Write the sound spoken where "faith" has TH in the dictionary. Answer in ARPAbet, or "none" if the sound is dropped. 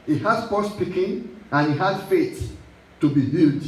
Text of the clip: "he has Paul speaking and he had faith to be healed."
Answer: S